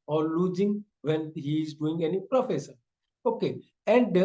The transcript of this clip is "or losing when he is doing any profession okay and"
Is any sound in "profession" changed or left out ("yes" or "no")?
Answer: yes